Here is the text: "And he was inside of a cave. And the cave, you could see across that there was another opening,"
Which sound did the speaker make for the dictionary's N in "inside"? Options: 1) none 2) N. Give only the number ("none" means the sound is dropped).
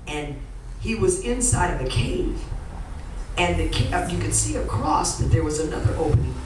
2